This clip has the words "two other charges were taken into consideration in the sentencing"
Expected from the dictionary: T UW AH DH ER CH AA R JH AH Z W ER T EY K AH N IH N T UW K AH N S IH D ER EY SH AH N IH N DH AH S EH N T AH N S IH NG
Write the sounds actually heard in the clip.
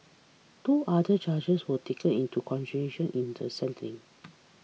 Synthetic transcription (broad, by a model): T UW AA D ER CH AA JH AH S W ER T EY K AH N IH N T UW K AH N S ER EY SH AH N IH N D AH S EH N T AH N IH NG